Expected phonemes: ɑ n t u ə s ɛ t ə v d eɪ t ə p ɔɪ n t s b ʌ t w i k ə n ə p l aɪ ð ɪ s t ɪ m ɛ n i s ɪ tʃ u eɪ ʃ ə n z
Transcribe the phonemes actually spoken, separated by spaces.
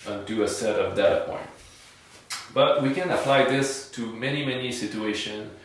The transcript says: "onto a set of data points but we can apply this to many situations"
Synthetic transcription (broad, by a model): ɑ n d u ə s ɛ t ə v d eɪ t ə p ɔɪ n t b ʌ t w i k ə n ə p l aɪ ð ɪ s t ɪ m ɛ n i s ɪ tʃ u eɪ ʃ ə n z